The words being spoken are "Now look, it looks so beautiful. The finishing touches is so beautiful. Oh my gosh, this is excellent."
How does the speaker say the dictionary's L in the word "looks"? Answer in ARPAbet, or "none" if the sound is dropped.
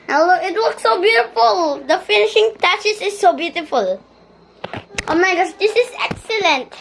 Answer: W